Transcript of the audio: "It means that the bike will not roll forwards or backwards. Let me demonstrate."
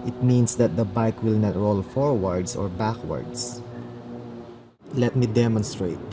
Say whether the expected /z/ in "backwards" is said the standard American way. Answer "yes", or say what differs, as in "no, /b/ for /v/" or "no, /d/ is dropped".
no, /s/ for /z/